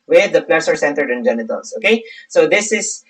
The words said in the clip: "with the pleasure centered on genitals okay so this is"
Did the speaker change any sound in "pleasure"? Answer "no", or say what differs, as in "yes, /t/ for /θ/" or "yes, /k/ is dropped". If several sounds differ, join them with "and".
yes, /s/ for /ʒ/